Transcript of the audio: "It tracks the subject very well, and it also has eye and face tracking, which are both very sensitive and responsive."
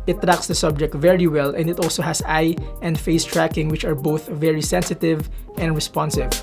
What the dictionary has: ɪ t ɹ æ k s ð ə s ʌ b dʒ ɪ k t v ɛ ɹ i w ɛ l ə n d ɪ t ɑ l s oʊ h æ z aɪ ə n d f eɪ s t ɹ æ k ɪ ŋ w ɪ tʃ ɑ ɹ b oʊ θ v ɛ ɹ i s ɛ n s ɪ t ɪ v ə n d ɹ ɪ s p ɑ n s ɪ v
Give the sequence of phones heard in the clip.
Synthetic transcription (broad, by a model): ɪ t ɹ æ k s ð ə s ʌ b dʒ ɪ k t v ɛ ɹ i w ɛ l ə n d ɪ t ɑ l s oʊ h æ s aɪ ə n d f eɪ s t ɹ æ k ɪ ŋ w ɪ tʃ ɑ ɹ b oʊ θ v ɛ ɹ i s ɛ n s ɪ t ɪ v ə n d ɹ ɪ s p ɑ n s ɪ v